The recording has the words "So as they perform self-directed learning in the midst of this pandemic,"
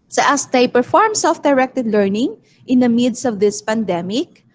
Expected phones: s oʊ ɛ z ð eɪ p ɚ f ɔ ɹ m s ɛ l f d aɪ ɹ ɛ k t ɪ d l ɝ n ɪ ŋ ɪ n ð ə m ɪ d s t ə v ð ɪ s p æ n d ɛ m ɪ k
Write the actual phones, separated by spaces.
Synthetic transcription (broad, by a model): s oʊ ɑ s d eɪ p ɚ f ɔ ɹ m s ɛ l f d aɪ ɹ ɛ k t ɪ d l ɝ n ɪ ŋ ɪ n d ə m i d s ə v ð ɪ s p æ n d ɛ m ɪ k